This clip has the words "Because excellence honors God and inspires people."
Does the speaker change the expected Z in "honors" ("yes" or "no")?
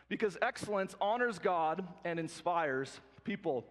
no